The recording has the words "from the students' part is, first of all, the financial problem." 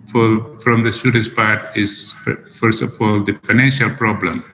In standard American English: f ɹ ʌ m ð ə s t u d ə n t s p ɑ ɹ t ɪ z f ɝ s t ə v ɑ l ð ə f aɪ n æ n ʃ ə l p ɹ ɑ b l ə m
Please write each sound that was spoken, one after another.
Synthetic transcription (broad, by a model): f ɹ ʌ m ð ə s t u d ə n t s p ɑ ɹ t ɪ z f ɝ s t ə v ɑ l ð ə f aɪ n æ n ʃ ə l p ɹ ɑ b l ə m